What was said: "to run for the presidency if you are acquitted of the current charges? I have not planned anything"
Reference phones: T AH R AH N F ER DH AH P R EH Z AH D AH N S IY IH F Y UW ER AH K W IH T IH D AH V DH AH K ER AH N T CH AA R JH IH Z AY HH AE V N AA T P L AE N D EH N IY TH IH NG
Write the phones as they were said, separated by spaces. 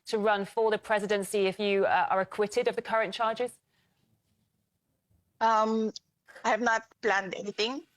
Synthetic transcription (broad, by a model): T AH R AH N F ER DH AH P R EH Z AH D AH N S IY IH F Y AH ER AH K W IH T IH D AH V DH AH K ER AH N CH AA JH IH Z AY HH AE V N AA T P L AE N D EH N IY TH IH NG